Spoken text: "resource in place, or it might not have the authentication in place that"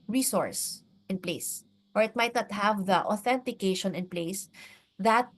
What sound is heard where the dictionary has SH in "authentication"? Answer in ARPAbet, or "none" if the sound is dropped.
SH